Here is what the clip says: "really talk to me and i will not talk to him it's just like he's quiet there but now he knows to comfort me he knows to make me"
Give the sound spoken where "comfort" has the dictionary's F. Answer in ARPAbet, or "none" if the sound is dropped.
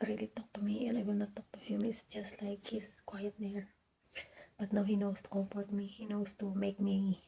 P